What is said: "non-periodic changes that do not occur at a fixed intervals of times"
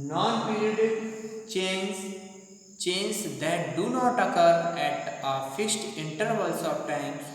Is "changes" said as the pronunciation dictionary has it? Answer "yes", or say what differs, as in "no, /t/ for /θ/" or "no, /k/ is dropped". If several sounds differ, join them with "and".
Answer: no, /tʃ/ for /dʒ/